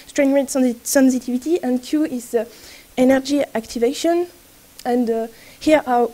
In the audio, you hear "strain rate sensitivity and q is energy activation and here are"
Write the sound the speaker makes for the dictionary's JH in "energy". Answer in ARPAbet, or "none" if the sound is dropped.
JH